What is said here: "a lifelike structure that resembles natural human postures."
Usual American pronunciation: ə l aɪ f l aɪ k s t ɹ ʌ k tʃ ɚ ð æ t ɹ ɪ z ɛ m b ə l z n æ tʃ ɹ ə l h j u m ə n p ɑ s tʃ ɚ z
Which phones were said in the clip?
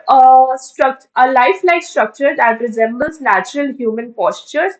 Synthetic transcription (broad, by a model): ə l aɪ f l aɪ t s t ɹ ʌ k tʃ ɚ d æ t ɹ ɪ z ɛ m b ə l s n æ tʃ ɹ ə l h j u m ə n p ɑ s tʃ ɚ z